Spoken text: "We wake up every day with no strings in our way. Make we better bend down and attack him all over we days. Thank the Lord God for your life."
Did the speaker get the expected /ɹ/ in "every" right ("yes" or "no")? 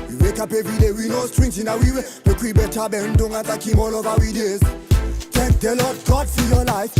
no